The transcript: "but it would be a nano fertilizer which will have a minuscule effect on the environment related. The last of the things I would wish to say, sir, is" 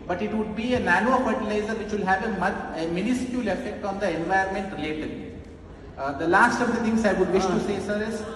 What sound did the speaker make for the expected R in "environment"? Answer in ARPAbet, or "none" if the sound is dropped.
none